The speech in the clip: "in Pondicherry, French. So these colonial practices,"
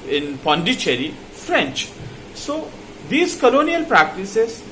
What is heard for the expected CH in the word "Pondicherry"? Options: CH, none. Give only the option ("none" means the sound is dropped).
CH